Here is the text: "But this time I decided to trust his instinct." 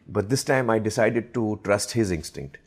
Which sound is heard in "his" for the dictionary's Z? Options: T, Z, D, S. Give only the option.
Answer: Z